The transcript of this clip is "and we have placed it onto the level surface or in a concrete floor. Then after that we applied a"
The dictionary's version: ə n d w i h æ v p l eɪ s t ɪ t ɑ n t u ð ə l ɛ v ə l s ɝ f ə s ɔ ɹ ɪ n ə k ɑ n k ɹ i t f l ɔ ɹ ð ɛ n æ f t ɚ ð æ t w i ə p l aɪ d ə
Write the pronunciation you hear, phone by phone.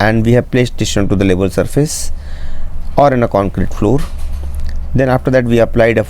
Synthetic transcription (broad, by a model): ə n d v i h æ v p l eɪ s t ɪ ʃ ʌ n t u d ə l ɛ b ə l s ɝ f ə s ɔ ɹ ɪ n ə k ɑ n k ɹ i t f l ɔ ɹ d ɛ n æ f t ɚ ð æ t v i ə p l aɪ d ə